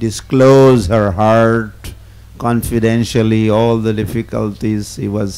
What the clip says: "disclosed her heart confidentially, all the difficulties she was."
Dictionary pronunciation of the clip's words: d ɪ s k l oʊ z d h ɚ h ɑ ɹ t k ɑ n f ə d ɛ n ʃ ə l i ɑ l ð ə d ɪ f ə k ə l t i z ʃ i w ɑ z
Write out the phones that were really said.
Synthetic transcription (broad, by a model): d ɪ s k l oʊ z h ɚ h ɑ ɹ t k ɑ n f ə d ɛ n ʃ ə l i ɑ l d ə d ɪ f ə k ə l t i z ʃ i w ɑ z